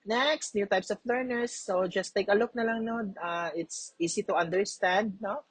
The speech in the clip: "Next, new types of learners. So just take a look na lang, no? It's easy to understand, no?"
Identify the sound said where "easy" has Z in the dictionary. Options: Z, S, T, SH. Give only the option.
S